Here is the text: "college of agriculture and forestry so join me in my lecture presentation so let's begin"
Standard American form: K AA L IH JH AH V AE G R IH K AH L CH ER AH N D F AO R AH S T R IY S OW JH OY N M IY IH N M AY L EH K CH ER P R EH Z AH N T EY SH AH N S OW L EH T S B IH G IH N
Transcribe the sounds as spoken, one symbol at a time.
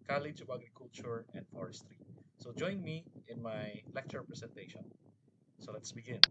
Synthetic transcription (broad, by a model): K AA L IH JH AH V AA G R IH K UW L CH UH AH N D F AO R AH S T R IY S OW JH OY N M IY IH N M AY L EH K CH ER P R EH S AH N T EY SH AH N S OW L EH T S B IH G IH N